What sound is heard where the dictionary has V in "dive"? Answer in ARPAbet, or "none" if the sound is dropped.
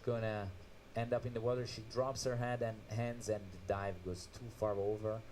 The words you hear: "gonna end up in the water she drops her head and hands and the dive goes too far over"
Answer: V